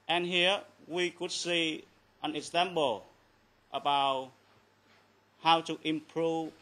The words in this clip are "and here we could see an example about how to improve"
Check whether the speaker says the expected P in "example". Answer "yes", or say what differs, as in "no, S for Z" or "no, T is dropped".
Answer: no, B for P